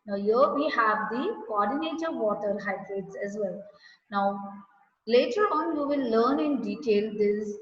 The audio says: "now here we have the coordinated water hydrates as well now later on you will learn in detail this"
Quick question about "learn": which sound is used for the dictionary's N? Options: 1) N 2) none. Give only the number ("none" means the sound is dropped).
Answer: 1